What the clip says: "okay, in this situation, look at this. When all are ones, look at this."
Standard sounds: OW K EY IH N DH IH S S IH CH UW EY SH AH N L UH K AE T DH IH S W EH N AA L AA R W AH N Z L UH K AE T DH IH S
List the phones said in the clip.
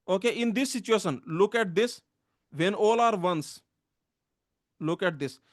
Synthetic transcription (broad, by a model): OW K EY IH N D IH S S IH CH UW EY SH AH N L UH K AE T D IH S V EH N AA L AA R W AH N S L UH K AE T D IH S